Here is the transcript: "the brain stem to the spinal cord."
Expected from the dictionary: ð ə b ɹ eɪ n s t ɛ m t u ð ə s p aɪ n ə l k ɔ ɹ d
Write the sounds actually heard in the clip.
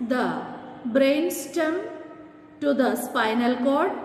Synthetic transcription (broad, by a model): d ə b ɹ eɪ n s t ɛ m t u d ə s p aɪ n ə l k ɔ ɹ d